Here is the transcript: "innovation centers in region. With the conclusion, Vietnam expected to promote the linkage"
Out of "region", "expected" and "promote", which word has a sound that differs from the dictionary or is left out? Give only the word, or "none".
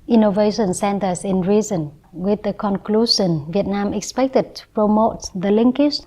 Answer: region